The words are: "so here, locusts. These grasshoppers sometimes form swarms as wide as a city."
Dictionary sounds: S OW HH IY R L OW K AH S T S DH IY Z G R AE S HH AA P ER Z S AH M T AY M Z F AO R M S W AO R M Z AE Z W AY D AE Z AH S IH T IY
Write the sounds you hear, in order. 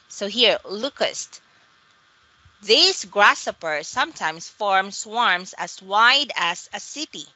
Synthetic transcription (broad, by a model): S OW HH IY R L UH K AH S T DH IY S G R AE S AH P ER S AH M T AY M S F AO R M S W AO R M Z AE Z W AY D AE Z AH S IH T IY